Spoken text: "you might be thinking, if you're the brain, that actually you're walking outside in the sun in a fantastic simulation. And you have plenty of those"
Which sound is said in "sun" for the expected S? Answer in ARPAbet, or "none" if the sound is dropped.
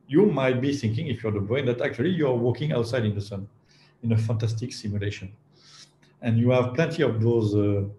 S